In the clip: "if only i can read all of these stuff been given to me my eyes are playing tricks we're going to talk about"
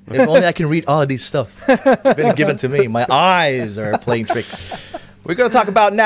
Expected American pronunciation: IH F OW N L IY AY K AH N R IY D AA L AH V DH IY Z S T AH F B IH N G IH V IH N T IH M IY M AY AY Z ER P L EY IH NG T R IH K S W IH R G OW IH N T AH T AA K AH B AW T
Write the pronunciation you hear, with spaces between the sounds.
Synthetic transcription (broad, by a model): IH OW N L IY AY K AH N R IY D AA L AH V DH IY Z S T AH F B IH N G IH V IH N T IH M IY M AY AY Z ER P L EY IH NG T R IH K S W IH R G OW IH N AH T AA K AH B AW T